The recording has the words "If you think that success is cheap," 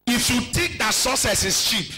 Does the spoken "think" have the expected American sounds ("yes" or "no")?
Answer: no